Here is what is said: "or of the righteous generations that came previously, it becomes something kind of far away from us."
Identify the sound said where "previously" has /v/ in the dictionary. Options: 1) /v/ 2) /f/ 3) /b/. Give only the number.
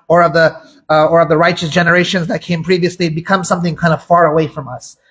1